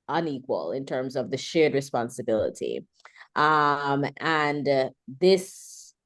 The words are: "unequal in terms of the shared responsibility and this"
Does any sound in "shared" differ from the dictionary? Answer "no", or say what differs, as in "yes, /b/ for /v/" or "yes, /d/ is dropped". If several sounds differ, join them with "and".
no